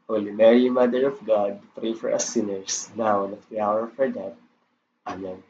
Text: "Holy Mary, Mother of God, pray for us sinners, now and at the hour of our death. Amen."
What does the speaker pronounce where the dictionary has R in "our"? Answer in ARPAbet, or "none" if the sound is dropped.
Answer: R